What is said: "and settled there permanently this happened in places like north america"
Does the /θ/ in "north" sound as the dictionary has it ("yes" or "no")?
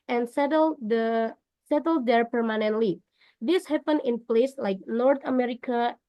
no